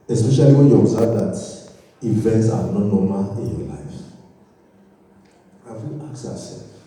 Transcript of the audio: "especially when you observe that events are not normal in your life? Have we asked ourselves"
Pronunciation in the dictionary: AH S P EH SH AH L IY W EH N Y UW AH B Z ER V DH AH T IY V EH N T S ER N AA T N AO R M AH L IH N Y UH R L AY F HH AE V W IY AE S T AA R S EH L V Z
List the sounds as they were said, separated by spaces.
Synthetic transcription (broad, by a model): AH S P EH SH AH L IY W EH N Y UW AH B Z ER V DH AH T IY V EH N T S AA N AA T N AO M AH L IH N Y L AY F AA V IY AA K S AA S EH L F